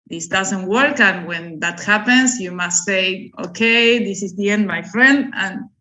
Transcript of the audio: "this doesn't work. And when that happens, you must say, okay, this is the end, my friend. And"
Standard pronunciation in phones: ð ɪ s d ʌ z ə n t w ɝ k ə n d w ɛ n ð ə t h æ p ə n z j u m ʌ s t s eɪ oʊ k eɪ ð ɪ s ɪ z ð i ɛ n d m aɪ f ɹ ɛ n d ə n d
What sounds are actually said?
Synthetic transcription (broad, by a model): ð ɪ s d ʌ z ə n t w ɝ k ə n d w ɛ n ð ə t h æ p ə n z j u m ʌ s t s eɪ oʊ k eɪ ð ɪ s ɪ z ð i ɛ n d m aɪ f ɹ ɛ n d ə n